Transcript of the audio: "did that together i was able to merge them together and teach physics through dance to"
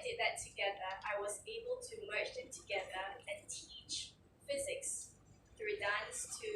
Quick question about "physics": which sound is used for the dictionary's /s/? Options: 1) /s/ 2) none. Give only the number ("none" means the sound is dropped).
1